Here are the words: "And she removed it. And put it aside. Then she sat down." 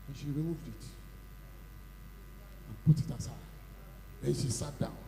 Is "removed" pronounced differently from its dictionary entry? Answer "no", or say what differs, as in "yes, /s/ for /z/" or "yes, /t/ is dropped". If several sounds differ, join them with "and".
no